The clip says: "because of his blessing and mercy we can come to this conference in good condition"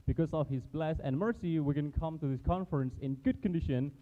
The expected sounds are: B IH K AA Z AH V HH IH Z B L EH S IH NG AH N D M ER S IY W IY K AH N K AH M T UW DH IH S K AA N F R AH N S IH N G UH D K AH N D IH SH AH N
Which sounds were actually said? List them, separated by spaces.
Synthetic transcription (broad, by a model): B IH K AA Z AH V HH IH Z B L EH S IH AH N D M ER S IY W IY K AH N K AH M T UW DH IH S K AA N F R AH N S IH N G UH D K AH N D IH SH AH N